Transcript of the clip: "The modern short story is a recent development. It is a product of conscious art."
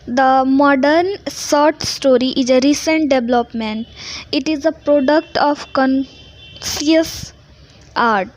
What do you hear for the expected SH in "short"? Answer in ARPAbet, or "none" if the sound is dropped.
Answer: S